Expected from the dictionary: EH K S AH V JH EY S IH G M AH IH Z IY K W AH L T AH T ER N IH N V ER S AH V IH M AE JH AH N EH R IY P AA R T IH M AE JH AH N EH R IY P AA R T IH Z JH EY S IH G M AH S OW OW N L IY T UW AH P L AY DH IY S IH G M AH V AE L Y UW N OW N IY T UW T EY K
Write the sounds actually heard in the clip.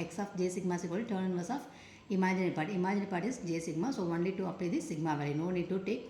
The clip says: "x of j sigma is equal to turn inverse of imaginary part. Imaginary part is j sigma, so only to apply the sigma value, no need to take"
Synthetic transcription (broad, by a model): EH K S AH F JH EY S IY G M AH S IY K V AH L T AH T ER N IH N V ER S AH F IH M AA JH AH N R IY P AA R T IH M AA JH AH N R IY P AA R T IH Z JH EY S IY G M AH S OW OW N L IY T UW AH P AY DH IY S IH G M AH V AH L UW N OW N IY T UW T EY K